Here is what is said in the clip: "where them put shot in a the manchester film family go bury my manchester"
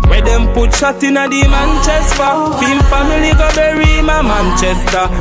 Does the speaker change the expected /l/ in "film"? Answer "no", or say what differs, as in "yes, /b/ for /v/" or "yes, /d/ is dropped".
yes, /l/ is dropped